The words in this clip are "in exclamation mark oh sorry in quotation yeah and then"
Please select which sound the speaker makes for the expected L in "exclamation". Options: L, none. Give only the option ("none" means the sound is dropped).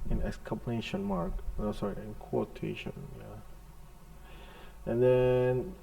none